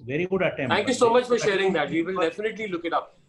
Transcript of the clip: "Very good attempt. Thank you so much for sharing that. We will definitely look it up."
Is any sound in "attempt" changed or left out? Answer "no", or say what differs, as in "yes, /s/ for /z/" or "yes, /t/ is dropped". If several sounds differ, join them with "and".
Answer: yes, /p/ is dropped